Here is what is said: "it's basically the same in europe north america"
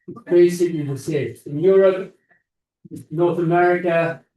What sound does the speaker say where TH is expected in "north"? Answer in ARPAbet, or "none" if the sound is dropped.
TH